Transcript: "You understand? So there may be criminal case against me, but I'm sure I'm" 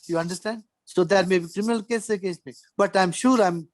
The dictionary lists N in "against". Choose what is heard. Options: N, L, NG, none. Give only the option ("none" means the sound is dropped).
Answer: none